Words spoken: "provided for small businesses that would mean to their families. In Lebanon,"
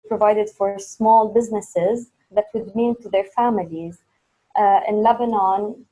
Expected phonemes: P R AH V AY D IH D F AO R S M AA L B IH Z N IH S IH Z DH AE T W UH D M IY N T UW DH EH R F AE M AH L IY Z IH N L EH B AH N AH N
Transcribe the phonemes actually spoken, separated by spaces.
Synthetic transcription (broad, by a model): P R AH V AY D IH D F AO R S M AA L B IH Z N IH S IH Z DH AE T W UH D M IY N T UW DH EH R F AE M AH L IY Z IH N L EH B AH N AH N